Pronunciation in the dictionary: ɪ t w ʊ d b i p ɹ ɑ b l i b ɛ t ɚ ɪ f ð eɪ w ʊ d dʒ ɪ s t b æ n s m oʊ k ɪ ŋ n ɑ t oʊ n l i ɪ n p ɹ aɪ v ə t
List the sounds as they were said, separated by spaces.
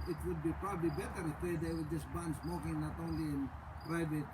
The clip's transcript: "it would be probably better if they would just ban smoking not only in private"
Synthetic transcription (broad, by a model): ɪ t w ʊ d b i p ɹ ɑ b l i b ɛ t ɚ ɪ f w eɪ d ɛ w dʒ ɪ s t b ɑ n s m oʊ k ɪ ŋ n ɑ t oʊ n l i ɪ n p ɹ aɪ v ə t